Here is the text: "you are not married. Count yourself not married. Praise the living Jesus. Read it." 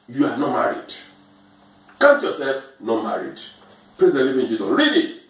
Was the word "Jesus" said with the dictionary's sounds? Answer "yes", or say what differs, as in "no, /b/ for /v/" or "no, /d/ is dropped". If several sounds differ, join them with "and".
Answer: no, /s/ is dropped